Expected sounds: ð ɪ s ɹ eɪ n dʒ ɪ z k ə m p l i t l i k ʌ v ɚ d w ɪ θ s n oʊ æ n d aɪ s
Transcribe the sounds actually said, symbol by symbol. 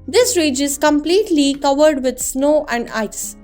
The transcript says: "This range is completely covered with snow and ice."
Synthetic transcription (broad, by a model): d ɪ s ɹ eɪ dʒ ɪ z k ə m p l i t l i k ʌ v ɚ d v ɪ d s n oʊ æ n d aɪ s